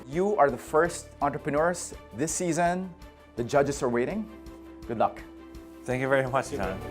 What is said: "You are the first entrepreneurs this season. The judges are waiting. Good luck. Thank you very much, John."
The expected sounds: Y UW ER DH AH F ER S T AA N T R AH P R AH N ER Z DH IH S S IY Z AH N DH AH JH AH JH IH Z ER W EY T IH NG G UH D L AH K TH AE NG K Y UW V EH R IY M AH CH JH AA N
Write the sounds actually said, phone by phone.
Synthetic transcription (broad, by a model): Y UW ER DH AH F ER S T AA N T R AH P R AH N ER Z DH IH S S IY Z AH N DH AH JH AH JH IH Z ER W EY T IH NG G UH D L AH K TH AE NG K Y UW V EH R IY M AH CH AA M